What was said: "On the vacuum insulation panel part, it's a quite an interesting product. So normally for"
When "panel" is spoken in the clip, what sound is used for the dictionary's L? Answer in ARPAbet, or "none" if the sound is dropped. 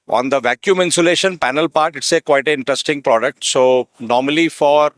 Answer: L